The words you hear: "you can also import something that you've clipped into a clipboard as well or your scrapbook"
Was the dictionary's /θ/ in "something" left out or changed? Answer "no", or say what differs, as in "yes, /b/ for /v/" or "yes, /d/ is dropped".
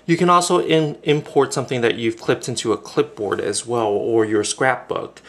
no